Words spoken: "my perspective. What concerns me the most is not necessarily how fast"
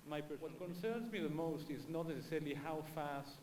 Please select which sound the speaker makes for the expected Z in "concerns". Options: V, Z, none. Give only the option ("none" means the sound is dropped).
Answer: Z